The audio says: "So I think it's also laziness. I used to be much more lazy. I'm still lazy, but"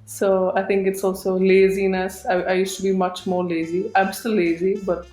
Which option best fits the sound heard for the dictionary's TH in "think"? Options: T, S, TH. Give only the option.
T